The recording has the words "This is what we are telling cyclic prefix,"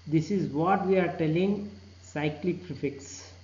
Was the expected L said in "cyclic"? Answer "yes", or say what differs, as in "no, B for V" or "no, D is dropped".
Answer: yes